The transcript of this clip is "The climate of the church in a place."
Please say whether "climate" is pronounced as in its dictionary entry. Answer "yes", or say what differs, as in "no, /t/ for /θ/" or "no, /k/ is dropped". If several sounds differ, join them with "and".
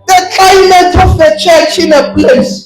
no, /l/ is dropped